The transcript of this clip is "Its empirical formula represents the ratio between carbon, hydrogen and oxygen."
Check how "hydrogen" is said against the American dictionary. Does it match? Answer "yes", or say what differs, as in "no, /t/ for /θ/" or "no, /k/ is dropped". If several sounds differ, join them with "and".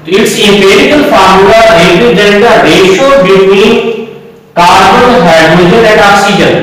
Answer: no, /ɹ/ is dropped